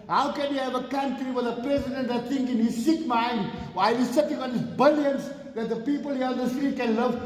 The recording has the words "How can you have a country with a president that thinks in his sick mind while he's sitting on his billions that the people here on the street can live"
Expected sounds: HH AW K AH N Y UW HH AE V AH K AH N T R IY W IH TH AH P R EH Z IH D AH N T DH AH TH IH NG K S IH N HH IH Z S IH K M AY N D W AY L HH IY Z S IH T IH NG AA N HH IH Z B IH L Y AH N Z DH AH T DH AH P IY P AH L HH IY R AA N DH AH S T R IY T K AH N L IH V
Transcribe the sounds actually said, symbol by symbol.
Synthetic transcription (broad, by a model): HH AW K AH N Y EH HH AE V AH K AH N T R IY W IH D AH P R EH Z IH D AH N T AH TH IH NG K IH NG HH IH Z S IH K M AY N D W AY L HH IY S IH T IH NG AA N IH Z B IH L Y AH N S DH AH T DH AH P IY P AH L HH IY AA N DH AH S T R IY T K AH N L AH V